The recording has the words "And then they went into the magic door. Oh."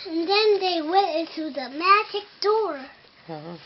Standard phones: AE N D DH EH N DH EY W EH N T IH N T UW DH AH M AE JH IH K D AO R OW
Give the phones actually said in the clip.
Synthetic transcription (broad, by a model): N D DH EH N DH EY W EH T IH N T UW DH AH M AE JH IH K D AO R